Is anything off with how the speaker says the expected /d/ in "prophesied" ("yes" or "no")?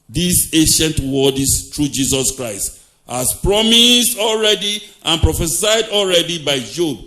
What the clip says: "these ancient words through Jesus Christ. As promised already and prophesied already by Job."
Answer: no